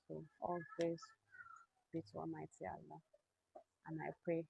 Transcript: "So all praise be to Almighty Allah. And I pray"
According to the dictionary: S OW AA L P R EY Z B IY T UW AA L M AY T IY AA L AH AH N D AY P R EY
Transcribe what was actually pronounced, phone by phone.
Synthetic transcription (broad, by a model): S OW AA L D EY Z B IY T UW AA M AY T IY AA L AH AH N AY P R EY